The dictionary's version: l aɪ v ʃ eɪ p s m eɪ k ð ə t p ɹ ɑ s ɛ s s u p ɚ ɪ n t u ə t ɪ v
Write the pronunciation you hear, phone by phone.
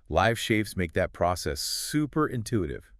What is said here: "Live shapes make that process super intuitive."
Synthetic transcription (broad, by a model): l aɪ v ʃ eɪ f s m eɪ k ð ə t p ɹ ɑ s ɛ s s u p ɚ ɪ n t u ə t ɪ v